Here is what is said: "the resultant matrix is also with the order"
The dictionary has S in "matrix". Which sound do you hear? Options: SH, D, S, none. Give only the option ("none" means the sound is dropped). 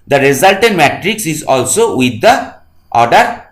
S